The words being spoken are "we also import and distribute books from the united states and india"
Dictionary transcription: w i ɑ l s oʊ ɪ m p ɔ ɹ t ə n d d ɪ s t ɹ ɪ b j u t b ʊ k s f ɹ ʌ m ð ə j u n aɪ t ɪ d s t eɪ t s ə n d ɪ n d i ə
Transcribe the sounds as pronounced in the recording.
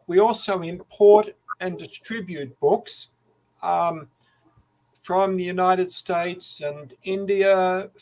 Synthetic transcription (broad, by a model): w i ɑ l s oʊ ɪ m p ɔ ɹ t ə n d d ɪ s t ɹ ɪ b j u t b ʊ k s f ɹ ʌ m ð ə j u n aɪ t ɪ d s t eɪ t s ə n ɪ n d i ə